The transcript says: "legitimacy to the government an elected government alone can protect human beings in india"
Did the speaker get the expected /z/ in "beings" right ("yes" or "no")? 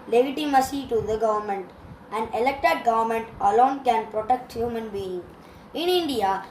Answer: no